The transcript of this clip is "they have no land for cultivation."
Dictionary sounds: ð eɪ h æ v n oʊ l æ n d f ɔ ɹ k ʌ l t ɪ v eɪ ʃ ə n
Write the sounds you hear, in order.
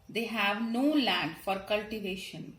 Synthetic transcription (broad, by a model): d eɪ h æ v n oʊ l æ n d f ɔ ɹ k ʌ l t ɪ v eɪ ʃ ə n